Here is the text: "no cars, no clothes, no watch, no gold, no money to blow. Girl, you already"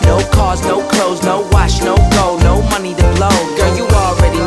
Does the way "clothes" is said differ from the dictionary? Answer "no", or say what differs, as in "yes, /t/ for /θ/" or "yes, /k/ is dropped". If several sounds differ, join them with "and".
no